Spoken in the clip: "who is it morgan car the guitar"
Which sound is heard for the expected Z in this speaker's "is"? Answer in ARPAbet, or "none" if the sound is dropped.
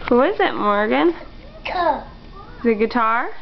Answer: Z